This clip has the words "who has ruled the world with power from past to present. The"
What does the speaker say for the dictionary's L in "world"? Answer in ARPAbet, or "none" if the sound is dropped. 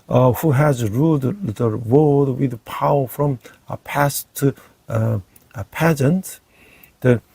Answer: none